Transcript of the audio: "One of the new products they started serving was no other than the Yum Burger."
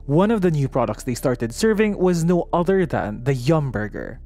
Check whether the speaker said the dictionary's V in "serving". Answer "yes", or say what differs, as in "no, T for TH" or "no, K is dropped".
yes